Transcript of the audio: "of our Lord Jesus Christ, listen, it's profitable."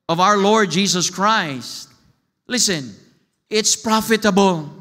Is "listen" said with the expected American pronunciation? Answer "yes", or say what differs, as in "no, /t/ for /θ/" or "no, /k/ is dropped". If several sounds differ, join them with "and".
yes